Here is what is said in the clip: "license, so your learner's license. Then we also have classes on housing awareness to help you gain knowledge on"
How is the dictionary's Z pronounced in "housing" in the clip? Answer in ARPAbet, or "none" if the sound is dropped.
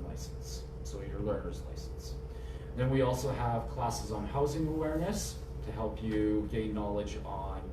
Z